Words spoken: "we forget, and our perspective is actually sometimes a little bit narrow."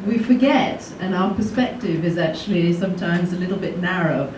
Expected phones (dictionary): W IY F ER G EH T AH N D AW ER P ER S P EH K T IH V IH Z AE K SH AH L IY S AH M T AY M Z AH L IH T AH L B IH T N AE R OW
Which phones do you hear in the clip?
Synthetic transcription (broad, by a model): W IY F ER G EH T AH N AW ER P ER S P EH K T IH V IH Z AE K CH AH L IY S AH M T AY M Z AH L IH T L B IH T N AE R OW